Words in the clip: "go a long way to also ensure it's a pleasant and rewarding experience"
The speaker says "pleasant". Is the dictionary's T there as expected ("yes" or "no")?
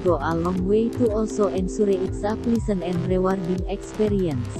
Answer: no